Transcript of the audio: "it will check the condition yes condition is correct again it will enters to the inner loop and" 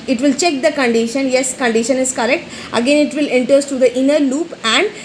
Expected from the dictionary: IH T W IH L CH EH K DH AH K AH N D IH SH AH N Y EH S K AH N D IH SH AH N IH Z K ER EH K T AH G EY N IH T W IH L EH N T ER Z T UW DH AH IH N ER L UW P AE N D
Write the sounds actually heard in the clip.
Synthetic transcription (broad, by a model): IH T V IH L CH EH K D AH K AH N D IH SH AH N Y EH S K AH N D IH SH AH N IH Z K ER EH K T AH G EY N IH T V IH L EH N T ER S T UW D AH IH N ER L UW P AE N D